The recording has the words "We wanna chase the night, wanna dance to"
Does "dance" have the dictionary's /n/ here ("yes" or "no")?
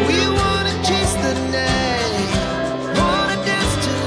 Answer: no